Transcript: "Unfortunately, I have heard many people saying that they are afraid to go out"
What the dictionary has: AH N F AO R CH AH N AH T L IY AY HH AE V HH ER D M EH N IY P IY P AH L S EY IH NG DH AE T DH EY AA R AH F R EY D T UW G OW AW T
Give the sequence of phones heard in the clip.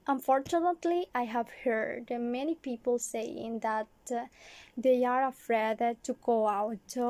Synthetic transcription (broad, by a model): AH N F AO R CH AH N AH T L IY AY HH AE V HH ER D M EH N IY P IY P AH L S EY IH NG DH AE T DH EY AA R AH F R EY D T UW G OW AW T